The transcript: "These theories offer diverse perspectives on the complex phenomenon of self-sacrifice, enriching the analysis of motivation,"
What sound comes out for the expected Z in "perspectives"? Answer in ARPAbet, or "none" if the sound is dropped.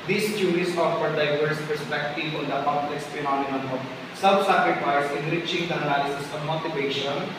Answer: none